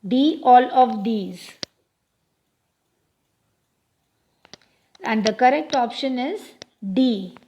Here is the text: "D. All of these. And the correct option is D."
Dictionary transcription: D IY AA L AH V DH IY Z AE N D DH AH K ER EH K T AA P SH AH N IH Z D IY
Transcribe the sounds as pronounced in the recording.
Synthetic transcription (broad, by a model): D IY AA L AH V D IY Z AE N D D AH K ER EH K T AA P SH AH N IH Z D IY